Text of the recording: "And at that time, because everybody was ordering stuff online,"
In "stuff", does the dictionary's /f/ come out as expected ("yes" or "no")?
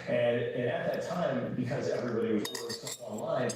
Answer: no